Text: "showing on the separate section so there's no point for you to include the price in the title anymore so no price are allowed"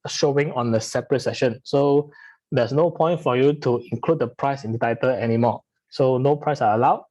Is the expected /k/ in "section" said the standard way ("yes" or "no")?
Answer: no